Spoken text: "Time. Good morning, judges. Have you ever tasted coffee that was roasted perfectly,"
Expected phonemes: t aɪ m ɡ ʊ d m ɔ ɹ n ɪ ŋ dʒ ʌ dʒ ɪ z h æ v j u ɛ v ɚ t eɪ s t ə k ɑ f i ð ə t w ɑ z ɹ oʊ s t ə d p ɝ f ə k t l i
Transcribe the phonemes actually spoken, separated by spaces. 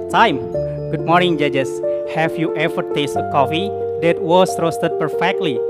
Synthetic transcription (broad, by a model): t aɪ m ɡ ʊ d m ɔ ɹ n ɪ ŋ dʒ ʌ dʒ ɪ s h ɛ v j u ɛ f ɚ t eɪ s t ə k ɑ f i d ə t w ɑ s ɹ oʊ s t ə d p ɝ f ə k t l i